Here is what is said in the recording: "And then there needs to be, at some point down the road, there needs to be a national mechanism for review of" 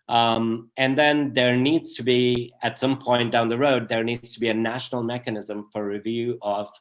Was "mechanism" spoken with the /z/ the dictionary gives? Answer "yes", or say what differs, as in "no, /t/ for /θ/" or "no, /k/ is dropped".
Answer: yes